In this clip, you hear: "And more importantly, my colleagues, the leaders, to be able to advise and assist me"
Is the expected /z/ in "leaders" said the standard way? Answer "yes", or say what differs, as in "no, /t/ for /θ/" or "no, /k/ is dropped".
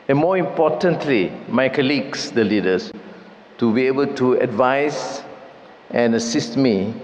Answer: no, /s/ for /z/